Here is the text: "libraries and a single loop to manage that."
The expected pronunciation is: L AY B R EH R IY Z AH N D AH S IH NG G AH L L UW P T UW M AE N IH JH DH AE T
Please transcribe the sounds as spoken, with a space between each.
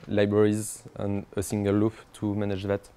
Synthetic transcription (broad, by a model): L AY B R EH R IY Z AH N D AH S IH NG G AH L L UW F T UW M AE N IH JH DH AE T